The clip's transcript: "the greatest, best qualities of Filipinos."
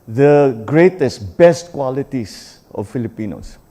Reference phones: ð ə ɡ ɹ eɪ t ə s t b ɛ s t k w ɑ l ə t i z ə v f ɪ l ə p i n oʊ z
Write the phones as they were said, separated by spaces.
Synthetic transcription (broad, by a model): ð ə ɡ ɹ eɪ t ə s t b ɛ s t k w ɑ l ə t i s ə f f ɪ l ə p i n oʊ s